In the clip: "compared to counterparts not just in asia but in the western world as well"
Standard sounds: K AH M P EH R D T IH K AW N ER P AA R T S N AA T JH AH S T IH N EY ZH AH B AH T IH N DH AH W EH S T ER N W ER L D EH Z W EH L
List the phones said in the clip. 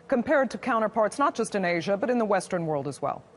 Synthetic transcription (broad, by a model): K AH M P EH R D T IH K AW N ER P AA R T S N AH T JH AH S T IH N EY ZH AH B AH T IH N DH AH W EH S T ER N W ER L D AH Z W EH L